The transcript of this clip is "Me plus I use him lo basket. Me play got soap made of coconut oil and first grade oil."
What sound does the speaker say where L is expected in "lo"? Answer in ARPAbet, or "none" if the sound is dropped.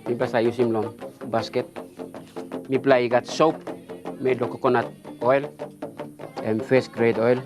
L